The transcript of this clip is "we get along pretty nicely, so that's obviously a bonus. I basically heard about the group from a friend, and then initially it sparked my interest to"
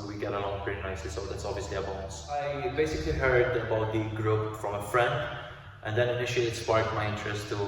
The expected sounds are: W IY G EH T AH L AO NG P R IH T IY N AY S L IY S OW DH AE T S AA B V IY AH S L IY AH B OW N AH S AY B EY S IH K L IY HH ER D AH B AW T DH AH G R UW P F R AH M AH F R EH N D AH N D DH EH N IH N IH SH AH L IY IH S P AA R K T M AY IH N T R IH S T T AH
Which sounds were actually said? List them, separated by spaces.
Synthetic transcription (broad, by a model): W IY G EH T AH L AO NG P R IH T IY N AY S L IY S OW DH AE T S AA B V IY AH S L IY AH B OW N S AY B EY S IH K L IY HH ER D AH B AW T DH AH G R UW P F R AH M AH F R EH N D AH N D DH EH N IH N IH SH AH L IY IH S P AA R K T M AY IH N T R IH S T T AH